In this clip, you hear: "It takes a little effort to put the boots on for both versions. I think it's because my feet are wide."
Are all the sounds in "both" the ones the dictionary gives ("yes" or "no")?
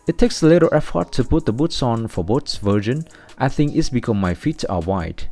no